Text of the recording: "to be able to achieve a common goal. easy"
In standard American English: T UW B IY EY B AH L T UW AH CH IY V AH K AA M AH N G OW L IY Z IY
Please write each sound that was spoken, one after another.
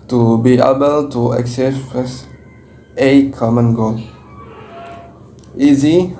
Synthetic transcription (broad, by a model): T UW B IY EY B AH L T UW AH S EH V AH K AA M AH N G OW L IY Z IY